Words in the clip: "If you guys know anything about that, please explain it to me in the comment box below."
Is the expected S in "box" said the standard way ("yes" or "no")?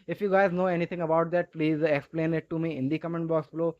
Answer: yes